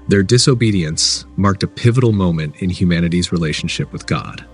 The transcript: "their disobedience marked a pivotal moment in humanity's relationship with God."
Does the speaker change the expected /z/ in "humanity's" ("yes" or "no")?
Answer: no